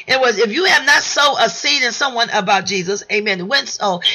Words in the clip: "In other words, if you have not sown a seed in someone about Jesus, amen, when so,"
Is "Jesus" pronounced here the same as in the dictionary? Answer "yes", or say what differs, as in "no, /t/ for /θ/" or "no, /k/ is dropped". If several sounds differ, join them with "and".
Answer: yes